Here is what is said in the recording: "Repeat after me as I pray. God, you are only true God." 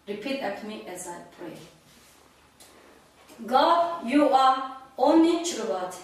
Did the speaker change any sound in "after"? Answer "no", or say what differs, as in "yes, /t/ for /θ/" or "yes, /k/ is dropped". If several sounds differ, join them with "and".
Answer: yes, /f/ is dropped